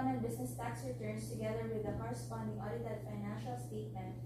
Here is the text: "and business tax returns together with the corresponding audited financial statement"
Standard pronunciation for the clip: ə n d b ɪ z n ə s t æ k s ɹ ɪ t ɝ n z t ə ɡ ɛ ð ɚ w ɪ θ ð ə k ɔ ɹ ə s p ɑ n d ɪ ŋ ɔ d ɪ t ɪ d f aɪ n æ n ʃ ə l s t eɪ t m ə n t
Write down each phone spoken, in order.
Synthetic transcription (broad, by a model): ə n b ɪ s n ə s t æ k s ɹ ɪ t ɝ n s t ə ɡ ɛ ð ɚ w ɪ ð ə k ɔ ɹ ə s p ɑ n d ɪ ŋ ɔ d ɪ t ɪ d f aɪ n æ n ʃ ə l s t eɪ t m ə n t